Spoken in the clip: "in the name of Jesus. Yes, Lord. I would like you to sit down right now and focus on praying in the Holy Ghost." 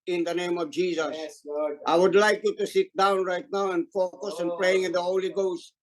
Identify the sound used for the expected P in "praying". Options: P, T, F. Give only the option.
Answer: P